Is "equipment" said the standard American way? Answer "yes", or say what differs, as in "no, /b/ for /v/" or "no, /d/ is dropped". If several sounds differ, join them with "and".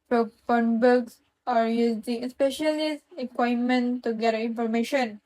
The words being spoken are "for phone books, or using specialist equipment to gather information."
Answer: no, /p/ is dropped